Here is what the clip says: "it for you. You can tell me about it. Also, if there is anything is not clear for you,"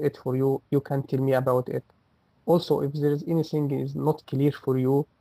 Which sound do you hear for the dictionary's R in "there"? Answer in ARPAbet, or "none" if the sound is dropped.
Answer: R